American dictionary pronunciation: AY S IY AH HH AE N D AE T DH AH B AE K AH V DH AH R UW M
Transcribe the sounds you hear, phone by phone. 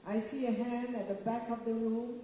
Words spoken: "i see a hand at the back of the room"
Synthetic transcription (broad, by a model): AY S IY AH HH AE N D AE T DH AH B AE K AH V DH AH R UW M